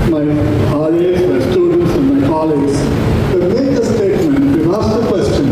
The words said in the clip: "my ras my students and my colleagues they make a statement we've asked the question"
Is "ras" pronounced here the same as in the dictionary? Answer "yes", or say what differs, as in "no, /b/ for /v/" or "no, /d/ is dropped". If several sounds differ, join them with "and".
no, /l/ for /ɹ/